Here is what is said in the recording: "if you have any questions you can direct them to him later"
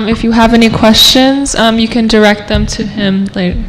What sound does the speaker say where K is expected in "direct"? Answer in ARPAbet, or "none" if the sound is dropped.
K